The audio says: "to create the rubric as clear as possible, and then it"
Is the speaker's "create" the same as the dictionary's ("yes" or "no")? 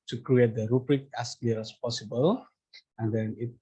yes